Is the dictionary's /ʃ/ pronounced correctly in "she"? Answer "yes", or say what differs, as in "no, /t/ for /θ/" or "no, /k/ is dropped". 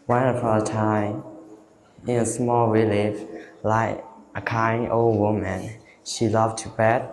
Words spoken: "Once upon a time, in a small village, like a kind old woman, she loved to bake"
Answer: yes